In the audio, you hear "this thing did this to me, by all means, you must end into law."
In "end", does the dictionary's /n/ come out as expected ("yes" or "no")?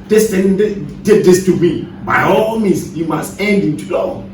yes